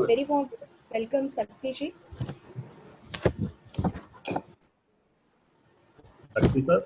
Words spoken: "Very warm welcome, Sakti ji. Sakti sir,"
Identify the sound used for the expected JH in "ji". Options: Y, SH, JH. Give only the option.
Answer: SH